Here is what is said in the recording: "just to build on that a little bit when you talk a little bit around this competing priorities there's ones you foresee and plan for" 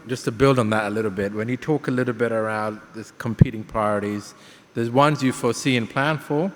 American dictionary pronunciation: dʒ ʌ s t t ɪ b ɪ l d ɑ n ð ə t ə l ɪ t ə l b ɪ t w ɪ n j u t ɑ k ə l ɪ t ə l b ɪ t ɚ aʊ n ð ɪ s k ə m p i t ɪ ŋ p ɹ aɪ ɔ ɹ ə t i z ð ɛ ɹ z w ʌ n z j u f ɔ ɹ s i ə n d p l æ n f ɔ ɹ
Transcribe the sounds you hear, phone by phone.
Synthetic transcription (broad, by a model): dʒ ʌ s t t ɪ b ɪ l d n ð ə t ə l ɪ t l b ɪ t w ɪ n j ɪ t ɑ k ə l ɪ t l b ɪ t ɚ aʊ n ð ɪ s k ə m p i t ɪ ŋ p ɹ aɪ ɔ ɹ ə t i z ð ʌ ɹ z w ʌ n z j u f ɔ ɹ s i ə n p l æ n f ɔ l